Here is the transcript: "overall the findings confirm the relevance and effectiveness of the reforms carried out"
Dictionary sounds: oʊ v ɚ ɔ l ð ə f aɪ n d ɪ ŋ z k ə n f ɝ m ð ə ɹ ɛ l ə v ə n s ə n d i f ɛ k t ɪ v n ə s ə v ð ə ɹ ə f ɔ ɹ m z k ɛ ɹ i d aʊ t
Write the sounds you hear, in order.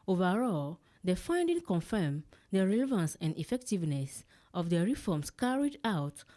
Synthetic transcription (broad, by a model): oʊ v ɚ ɔ l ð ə f aɪ n d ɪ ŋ k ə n f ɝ m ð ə ɹ ɛ l ə v ə n s ə n d i f ɛ k t ɪ v n ə s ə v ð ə ɹ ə f ɔ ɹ m s k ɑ ɹ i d aʊ t